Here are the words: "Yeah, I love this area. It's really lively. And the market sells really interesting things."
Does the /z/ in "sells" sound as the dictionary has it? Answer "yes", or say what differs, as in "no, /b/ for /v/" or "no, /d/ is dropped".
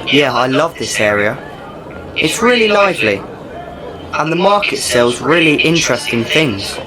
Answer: yes